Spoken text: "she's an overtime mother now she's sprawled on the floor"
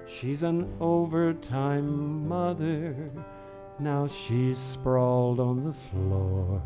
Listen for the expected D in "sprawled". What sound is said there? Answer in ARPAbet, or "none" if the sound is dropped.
D